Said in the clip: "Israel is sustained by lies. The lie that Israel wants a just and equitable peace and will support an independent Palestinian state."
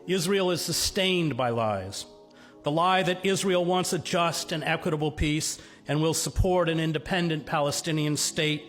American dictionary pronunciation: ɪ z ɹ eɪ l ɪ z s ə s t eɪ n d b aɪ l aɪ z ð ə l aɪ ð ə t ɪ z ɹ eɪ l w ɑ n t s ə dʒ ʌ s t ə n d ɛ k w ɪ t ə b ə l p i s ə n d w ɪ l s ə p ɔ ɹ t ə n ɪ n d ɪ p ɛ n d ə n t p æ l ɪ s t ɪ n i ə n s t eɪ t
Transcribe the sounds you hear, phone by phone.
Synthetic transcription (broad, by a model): ɪ z ɹ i l ɪ z s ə s t eɪ n b aɪ l aɪ z ð ə l aɪ ð ə t ɪ z ɹ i l w ɑ n t s ə dʒ ʌ s t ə n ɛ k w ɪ t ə b l p i s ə n w ɪ l s ə p ɔ ɹ t ə n ɪ n d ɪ p ɛ n d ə n p æ l ɪ s t ɪ n i ə n s t eɪ t